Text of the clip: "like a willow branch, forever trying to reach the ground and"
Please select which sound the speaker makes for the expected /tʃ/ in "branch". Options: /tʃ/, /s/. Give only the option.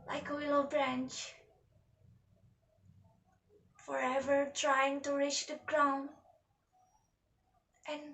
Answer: /tʃ/